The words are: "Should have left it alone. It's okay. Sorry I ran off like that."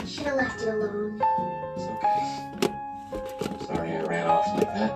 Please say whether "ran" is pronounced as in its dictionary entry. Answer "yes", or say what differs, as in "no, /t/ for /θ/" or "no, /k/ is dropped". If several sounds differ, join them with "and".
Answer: no, /l/ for /n/